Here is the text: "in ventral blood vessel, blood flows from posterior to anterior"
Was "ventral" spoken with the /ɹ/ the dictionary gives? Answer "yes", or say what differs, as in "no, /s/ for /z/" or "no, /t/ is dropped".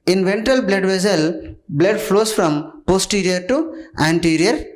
no, /ɹ/ is dropped